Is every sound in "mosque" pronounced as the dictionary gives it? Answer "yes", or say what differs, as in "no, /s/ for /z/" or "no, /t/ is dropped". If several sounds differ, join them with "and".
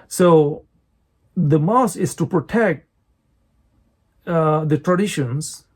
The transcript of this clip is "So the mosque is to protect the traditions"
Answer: no, /k/ is dropped